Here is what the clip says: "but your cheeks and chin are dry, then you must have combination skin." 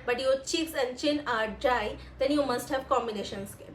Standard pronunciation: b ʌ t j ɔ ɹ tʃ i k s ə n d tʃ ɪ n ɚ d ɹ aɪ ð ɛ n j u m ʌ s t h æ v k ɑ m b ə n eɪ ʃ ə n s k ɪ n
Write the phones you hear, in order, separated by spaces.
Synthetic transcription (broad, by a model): b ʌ t j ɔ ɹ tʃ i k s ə n tʃ ɪ n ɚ d ɹ aɪ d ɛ n j u m ʌ s t h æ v k ɑ m b ə n eɪ ʃ ə n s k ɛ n